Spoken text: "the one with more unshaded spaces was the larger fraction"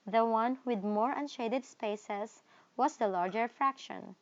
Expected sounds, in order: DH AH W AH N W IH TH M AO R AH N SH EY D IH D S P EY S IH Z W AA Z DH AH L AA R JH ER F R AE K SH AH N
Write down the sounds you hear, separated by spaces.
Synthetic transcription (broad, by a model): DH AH W AH N W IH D M AO R AH N SH EY D IH D S P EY S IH S W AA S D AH L AA R JH ER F R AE K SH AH N